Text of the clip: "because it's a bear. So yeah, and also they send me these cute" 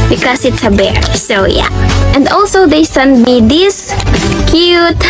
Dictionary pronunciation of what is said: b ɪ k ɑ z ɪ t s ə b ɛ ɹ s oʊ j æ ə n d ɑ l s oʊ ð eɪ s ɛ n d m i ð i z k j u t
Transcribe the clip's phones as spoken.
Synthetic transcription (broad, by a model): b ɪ k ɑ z ɪ t s ə b ɛ ɹ s oʊ j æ ə n d ɑ l s oʊ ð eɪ s ɛ n d m i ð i s k j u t